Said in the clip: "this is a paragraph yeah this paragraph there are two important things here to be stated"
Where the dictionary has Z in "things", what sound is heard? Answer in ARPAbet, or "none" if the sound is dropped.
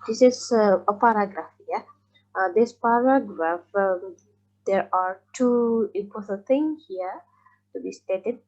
none